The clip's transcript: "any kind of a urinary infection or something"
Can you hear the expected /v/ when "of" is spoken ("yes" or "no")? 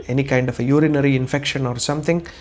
no